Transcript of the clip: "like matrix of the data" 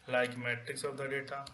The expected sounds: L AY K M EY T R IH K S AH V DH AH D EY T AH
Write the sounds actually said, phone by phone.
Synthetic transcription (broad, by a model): L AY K M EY T IH K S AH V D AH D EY T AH